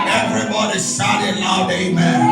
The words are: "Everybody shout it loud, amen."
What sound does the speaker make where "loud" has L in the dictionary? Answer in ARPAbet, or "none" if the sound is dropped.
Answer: N